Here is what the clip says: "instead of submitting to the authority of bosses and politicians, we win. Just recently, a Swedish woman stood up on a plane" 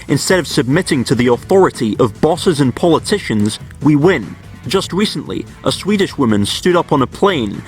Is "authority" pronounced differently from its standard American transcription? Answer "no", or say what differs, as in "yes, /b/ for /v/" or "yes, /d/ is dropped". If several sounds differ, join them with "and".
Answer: no